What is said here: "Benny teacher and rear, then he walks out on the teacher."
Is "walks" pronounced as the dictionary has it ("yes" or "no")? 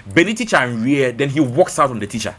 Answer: yes